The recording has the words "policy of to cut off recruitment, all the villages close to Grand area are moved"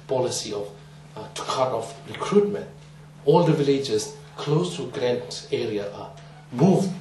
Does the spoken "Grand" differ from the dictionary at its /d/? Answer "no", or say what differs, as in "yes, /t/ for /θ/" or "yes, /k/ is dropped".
yes, /d/ is dropped